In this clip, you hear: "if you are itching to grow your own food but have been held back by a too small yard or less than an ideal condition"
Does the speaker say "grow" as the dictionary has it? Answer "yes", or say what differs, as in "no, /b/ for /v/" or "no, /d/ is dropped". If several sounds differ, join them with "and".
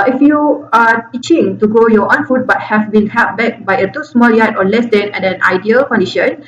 no, /ɹ/ is dropped